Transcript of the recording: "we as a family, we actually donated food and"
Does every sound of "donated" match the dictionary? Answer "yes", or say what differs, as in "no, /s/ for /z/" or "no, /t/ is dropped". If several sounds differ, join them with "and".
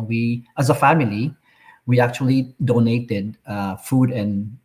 yes